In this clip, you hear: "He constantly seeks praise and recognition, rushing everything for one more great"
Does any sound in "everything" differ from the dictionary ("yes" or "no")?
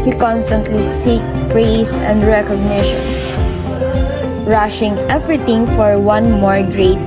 yes